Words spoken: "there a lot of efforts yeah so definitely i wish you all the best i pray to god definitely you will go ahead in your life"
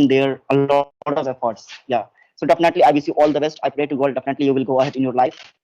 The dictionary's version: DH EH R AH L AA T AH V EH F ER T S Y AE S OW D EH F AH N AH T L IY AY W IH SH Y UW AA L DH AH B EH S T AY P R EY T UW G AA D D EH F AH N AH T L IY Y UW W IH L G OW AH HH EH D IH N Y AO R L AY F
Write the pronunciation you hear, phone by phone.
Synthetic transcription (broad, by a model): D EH R AH L AA T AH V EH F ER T S Y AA S OW D EH F AH N AH T L IY AY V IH S Y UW AA L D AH B EH S T AY P R EY T UW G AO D D EH F AH N AH T L IY Y UW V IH L G OW AH HH EH D IH N Y AO R L AY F